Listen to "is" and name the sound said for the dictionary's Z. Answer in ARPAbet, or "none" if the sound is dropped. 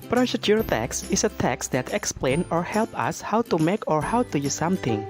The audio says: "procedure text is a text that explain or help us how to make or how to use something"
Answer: S